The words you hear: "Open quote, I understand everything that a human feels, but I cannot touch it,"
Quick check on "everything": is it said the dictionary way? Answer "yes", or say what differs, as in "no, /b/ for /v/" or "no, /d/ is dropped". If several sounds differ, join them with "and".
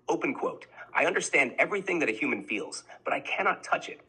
yes